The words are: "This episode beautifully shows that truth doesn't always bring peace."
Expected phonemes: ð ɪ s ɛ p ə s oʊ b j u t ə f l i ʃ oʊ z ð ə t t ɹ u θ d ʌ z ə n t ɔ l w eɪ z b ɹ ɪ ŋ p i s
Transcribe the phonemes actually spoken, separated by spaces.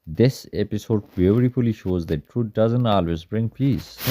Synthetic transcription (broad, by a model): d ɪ s ɛ p ə s oʊ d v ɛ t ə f l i ʃ oʊ z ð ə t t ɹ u t d ʌ z ə n t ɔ l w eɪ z b ɹ ɪ ŋ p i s